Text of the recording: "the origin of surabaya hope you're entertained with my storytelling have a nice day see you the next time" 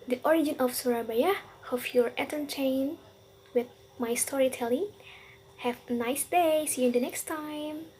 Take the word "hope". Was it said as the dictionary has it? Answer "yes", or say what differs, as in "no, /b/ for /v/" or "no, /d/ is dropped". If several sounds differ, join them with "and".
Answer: no, /f/ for /p/